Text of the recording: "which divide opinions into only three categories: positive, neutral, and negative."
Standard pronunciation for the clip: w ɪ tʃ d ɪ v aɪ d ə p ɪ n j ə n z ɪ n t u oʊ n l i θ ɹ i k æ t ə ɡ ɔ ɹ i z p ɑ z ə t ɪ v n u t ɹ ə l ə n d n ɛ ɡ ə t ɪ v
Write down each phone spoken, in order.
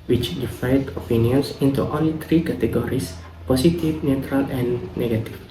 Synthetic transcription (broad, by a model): w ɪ tʃ d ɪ f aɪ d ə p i n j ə n s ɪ n t u oʊ n l i t ɹ i k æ t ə ɡ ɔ ɹ i s p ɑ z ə t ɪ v n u t ɹ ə l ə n n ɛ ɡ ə t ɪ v